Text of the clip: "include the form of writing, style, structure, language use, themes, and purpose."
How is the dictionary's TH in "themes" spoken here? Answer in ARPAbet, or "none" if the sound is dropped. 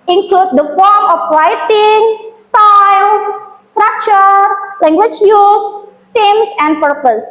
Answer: T